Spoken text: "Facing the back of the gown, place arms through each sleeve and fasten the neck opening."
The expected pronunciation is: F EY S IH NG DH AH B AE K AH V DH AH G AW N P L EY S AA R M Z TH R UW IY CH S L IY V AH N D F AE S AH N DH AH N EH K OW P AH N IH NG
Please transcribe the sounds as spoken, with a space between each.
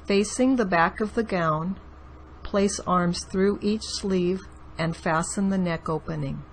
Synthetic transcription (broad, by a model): F EY S IH NG DH AH B AE K AH V DH AH G AW N P L EY S AA R M Z TH R UW IY CH S L IY V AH N F AE S AH N DH AH N EH K OW P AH N IH NG